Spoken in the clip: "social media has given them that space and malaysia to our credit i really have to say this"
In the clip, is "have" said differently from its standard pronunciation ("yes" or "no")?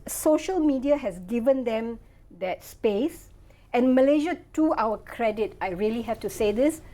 yes